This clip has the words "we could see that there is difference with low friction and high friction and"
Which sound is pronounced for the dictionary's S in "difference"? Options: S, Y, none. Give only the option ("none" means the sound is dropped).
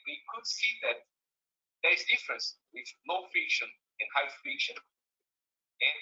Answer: S